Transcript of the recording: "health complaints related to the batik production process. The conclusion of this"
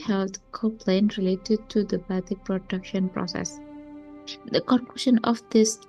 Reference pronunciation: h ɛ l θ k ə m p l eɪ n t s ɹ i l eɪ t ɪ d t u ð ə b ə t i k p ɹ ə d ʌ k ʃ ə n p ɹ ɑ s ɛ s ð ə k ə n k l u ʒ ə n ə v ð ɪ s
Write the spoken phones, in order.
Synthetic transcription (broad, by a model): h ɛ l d k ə p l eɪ n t ɹ i l eɪ t ɪ d t u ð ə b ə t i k p ɹ ə d ʌ k ʃ ə n p ɹ ɑ s ɛ s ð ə k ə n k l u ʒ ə n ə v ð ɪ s